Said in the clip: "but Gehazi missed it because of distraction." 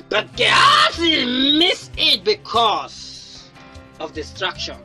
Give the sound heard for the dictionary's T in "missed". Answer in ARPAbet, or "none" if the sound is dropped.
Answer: none